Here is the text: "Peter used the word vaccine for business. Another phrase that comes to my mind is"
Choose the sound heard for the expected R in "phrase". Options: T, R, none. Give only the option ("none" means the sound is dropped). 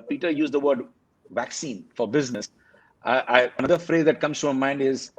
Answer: R